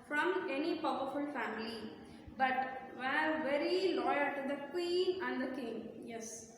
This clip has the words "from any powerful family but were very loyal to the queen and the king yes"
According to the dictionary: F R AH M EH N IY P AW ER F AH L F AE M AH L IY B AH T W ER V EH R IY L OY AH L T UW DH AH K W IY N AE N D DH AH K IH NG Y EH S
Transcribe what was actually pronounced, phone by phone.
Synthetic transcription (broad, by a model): F R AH M EH N IY P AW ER F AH L F AE M AH L IY B AH T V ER V EH R IY L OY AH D T UW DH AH K W IY N AE N D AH K IH NG Y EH S